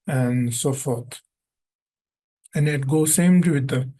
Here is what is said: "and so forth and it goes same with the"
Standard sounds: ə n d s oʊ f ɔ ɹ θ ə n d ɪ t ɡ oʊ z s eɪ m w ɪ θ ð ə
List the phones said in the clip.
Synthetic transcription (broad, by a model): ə n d s oʊ f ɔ ɹ t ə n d ɪ t ɡ oʊ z s eɪ m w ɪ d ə